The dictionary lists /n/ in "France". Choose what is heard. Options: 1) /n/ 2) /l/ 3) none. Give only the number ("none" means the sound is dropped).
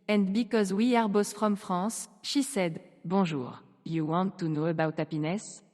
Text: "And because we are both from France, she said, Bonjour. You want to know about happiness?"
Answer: 3